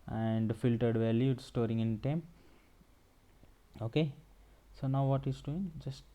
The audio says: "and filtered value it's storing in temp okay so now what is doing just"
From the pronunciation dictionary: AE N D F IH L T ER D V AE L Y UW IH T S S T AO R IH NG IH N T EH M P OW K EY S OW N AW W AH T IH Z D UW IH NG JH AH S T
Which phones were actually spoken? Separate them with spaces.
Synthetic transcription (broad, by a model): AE N D F IH L T ER D V AE L Y UW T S S T AO R IH NG IH N T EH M OW K EY S OW N AW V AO T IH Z D UW IH NG JH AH S T